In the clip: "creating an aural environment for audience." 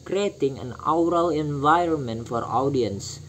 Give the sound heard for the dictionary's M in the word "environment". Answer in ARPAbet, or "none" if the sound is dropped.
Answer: M